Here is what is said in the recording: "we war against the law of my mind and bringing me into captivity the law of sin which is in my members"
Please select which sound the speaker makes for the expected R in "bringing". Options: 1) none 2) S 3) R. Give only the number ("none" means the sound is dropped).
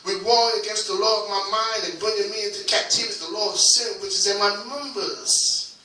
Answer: 1